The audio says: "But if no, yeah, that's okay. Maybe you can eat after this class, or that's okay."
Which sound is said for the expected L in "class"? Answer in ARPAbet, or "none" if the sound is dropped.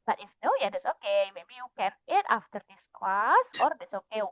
none